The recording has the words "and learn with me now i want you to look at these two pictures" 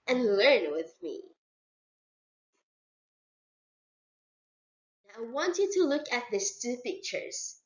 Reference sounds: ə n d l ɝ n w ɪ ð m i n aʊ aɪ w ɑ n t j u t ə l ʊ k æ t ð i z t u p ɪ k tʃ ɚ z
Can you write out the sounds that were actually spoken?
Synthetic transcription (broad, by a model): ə n l ɝ n w ɪ ð m i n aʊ aɪ w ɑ n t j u t ə l ʊ k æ t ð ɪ s t u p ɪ k tʃ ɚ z